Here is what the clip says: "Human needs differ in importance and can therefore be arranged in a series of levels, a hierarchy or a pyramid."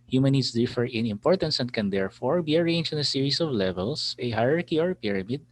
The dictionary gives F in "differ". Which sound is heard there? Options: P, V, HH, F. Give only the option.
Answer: F